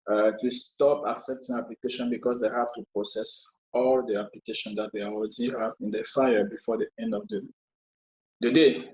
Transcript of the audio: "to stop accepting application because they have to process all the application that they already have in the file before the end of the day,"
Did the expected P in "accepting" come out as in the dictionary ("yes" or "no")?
yes